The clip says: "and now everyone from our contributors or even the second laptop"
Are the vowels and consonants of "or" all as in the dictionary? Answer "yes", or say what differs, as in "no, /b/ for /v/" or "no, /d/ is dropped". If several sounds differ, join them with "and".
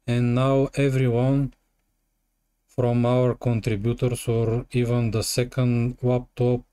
yes